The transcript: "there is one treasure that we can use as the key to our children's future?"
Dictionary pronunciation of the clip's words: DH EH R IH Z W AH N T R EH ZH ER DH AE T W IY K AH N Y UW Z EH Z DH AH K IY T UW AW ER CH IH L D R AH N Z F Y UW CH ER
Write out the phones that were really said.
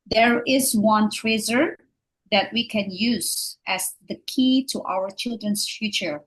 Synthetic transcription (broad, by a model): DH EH R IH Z W AH N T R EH Z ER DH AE T W IY K AH N Y UW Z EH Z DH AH K IY T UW AW ER CH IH L D R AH N S F Y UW CH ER